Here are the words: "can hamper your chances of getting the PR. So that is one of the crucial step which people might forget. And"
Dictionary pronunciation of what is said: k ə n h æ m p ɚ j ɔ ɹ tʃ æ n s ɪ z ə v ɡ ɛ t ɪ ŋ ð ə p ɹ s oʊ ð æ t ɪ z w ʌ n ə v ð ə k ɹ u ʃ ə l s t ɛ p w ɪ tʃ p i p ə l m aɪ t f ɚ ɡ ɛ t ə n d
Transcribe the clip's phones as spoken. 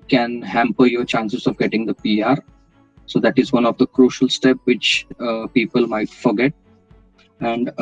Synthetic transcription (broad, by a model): k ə n h æ m p ɚ j ɔ ɹ tʃ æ n s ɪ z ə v ɡ ɛ t ɪ ŋ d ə p ɹ s oʊ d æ t ɪ z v ʌ n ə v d ə k ɹ u ʃ ə l s t ɛ p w ɪ tʃ p i p ə l m aɪ t f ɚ ɡ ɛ t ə n d